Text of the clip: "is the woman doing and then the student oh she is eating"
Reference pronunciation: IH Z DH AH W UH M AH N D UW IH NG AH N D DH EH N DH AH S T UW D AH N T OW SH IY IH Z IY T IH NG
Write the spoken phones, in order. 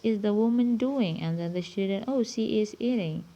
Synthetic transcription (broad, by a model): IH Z DH AH W UH M AH N D UW IH NG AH N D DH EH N DH AH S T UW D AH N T OW S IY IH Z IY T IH NG